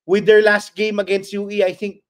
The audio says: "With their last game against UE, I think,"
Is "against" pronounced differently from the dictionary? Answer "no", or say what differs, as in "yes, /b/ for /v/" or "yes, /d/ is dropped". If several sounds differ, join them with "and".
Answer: no